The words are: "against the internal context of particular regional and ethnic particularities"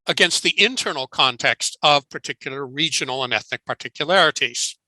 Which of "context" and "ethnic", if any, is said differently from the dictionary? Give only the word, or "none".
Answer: none